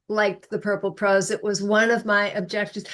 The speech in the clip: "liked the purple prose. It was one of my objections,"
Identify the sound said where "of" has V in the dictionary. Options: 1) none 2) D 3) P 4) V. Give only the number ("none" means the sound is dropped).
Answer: 4